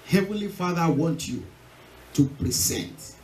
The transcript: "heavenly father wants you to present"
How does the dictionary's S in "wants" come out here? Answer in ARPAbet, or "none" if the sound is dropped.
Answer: none